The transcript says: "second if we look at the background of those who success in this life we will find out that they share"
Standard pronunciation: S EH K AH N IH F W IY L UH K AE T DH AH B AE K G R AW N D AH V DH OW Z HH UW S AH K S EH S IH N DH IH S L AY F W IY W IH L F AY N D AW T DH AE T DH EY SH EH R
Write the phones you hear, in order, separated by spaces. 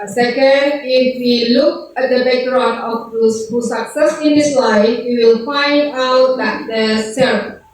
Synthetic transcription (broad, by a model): S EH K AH N IH F W IY L UH K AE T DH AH B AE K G R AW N AH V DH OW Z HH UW S AH K S EH S IH N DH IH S L AY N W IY W IH L F AY N D AW T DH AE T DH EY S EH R